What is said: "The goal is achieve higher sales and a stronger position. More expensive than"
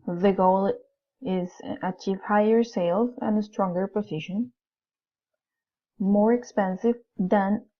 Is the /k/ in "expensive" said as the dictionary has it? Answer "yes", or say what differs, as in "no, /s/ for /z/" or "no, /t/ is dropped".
yes